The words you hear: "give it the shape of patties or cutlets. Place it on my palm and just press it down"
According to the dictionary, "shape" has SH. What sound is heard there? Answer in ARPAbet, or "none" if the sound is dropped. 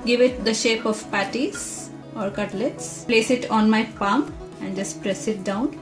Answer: SH